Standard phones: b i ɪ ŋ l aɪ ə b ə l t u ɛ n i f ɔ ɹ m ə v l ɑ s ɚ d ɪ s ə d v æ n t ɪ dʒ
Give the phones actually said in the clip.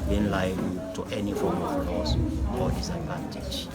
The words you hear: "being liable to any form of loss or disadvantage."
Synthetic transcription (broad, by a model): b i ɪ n l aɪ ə ə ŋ t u ɛ n i f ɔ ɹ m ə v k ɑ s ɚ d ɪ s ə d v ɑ n t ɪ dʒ